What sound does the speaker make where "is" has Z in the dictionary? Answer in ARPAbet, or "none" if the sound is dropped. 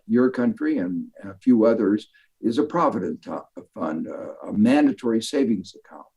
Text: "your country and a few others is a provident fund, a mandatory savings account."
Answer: Z